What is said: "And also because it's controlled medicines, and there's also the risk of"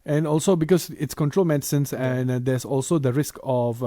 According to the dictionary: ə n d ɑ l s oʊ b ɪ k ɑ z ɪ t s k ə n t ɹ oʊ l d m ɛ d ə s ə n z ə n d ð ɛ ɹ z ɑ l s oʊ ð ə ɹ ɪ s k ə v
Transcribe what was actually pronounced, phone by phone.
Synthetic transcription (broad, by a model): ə n ɑ l s oʊ b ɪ k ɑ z ɪ t s k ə n t ɹ oʊ l m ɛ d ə s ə n s ə n d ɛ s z ɑ l s oʊ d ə ɹ ɪ s k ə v